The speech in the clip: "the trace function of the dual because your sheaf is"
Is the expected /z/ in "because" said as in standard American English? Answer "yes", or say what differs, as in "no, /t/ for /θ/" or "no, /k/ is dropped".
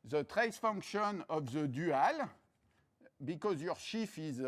yes